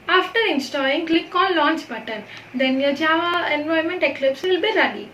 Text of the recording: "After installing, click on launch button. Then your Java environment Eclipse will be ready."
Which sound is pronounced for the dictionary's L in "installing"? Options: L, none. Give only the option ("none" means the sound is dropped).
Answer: none